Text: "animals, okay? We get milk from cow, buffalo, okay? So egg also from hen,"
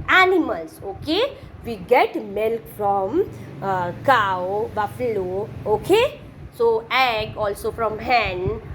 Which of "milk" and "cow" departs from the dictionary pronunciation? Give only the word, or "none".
none